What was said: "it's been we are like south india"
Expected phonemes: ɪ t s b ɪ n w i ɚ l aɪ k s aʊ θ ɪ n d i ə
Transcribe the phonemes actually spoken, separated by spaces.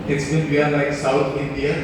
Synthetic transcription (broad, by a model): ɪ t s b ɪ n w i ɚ l aɪ k s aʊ t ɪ n d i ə